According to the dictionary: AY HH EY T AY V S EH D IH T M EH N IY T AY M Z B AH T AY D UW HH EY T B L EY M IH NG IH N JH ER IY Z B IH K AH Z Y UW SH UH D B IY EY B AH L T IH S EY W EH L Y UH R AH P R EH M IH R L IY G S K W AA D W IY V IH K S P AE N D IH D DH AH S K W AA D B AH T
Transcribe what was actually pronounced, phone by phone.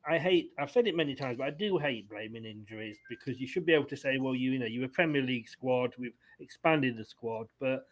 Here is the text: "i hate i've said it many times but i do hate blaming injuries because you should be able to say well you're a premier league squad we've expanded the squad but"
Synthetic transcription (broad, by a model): AY HH EY T AY V S EH D IH T M EH N IY T AY M Z B AH T AY D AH HH EY T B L EY M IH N IH N JH ER IY Z B IH K AH Z Y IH SH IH D B IY EY B L T IH S EY W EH L Y UH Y AH P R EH M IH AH L IY G S K W AA D W IY V IH K S P AE N D IH D DH AH S K W AA D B AH T